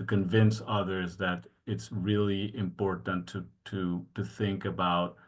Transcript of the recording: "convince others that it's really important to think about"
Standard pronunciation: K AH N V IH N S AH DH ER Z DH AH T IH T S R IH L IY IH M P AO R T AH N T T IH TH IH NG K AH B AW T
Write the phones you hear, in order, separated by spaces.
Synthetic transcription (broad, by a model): K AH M V IH N S AH DH ER Z DH AH T IH T S R IH L IY IH M P AO R T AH N T T IH TH IH NG K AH B AW T